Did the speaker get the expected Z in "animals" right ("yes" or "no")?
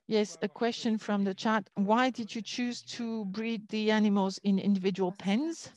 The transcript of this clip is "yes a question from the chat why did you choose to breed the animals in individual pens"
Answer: yes